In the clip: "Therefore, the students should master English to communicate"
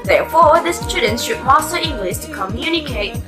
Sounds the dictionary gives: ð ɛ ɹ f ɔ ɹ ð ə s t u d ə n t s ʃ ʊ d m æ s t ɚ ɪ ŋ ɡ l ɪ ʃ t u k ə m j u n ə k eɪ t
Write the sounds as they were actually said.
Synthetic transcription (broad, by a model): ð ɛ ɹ f ɔ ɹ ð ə s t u d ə n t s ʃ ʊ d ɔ s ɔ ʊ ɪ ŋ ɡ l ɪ s t u k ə m j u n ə k eɪ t